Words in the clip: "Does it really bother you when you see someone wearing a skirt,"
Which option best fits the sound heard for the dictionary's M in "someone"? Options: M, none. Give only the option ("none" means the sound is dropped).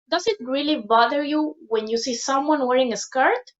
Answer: M